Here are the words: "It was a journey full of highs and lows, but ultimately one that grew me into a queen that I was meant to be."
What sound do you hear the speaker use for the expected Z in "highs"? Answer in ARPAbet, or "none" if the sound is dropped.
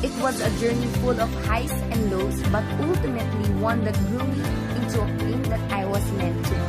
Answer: S